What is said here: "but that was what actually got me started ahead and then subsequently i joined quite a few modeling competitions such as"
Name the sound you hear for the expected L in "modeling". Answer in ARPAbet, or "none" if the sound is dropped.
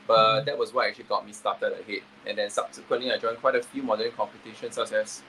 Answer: none